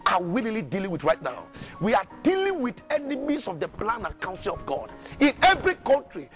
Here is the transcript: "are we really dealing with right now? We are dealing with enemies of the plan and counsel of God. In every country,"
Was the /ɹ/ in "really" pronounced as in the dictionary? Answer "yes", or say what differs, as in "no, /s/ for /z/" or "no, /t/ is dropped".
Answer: no, /l/ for /ɹ/